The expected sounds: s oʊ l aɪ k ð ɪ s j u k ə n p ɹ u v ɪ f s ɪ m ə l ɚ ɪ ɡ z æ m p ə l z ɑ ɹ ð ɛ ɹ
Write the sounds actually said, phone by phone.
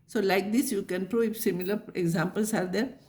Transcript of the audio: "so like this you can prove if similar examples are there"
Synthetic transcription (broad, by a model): s oʊ l aɪ k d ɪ s j u k ə n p ɹ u ɪ f s ɪ m ə l ɚ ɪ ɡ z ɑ m p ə l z ɑ ɹ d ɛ ɹ